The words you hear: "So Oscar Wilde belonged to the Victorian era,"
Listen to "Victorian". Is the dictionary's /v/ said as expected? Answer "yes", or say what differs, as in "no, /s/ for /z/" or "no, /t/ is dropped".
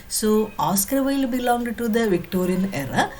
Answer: yes